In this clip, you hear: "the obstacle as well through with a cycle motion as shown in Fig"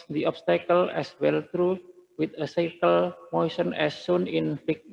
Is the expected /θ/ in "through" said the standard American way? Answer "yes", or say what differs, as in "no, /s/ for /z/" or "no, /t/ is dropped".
no, /t/ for /θ/